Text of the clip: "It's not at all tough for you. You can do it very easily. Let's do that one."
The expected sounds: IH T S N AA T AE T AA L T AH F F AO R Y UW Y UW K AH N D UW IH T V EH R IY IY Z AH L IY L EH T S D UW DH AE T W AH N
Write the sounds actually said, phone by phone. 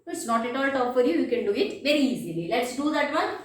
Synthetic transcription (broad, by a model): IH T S N AA T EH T AA L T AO P F AO R Y UW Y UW K AH N D UW IH T V EH R IY IY Z AH L IY L EH T S D UW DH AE T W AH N